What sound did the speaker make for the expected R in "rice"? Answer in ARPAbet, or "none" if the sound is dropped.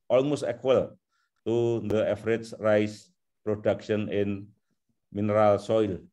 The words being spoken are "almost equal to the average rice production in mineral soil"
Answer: R